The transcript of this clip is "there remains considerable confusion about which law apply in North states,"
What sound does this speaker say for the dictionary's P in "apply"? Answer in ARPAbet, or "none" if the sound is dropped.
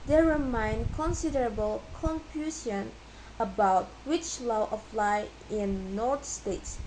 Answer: F